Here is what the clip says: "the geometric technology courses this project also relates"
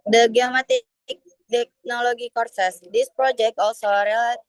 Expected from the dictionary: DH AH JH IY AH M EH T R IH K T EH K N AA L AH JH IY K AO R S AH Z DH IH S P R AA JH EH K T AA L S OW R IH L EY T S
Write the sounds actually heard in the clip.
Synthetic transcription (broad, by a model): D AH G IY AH M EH T IH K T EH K N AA L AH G IY K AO R S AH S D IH S P R AA JH EH K T AA L S OW R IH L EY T